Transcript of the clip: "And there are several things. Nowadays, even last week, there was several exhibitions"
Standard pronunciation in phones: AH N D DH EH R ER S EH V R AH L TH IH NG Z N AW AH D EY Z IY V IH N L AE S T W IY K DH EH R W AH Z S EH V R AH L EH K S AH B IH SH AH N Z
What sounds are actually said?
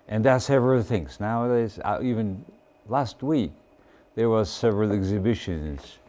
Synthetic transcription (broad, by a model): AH N DH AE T S EH V R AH L TH IH NG Z N AW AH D EY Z IY V IH N L AE S T W IY K DH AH R W AH Z S EH V R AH L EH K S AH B IH SH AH N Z